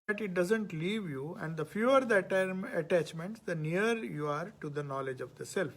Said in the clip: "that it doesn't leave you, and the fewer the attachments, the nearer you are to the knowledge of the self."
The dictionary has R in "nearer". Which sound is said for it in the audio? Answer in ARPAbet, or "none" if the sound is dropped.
none